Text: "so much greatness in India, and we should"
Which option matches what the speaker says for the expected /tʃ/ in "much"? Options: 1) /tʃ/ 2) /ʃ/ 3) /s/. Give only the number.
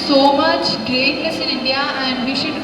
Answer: 1